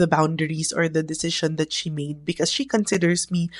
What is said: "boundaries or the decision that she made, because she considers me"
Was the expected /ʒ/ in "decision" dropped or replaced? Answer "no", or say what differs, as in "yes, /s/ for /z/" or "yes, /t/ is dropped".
yes, /ʃ/ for /ʒ/